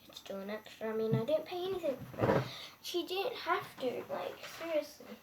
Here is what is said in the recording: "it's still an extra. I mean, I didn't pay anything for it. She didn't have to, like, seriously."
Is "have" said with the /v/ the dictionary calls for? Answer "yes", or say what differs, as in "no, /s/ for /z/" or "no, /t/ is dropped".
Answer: no, /f/ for /v/